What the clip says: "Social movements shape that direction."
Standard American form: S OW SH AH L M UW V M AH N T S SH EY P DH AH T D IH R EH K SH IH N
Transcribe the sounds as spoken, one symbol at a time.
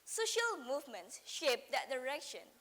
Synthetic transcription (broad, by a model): S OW SH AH L M UW V M AH N T S SH EY P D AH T D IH R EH K SH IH N